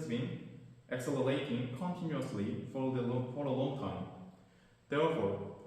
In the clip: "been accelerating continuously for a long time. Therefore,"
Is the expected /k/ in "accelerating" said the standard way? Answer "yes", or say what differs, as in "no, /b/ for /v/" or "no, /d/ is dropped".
yes